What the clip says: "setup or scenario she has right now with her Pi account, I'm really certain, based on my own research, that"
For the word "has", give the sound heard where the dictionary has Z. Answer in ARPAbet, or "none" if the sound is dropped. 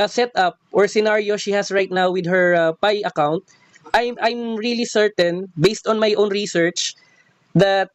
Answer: S